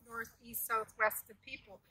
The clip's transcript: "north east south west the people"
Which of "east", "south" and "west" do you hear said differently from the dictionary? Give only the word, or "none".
none